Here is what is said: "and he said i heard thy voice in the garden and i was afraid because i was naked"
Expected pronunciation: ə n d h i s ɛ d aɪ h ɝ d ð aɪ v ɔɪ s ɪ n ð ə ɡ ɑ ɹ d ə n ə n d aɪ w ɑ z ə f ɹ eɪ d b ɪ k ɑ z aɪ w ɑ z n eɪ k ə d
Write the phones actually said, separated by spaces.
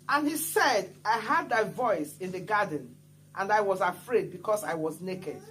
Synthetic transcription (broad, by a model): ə n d h i s ɛ d aɪ h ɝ d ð aɪ v ɔɪ s ɪ n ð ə ɡ ɑ d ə n ə n d aɪ w ɑ z ə f ɹ eɪ d b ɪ k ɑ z aɪ w ɑ z n eɪ k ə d